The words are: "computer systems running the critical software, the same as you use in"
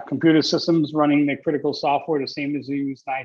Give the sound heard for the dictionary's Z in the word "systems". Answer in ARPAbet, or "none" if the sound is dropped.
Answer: Z